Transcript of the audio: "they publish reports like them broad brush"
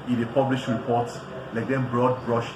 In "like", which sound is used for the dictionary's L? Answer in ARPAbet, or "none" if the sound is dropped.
L